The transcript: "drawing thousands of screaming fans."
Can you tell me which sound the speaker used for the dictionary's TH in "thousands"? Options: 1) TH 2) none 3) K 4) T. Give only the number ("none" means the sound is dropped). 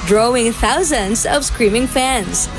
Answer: 1